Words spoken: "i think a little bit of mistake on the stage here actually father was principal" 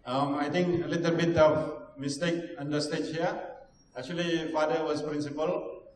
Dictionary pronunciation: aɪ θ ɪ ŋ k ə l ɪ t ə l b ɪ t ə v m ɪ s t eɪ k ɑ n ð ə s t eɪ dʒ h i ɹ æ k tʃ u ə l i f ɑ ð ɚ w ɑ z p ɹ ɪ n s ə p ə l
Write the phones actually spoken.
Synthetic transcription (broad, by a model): aɪ t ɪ ŋ k ə l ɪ t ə l b ɪ t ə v m ɪ s t eɪ k ɑ n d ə s t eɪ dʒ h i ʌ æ k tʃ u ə l i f ɑ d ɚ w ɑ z p ɹ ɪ n s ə p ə l